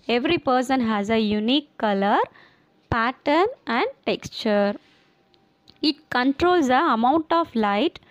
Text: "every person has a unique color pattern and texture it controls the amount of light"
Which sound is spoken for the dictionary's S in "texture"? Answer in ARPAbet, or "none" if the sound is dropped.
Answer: S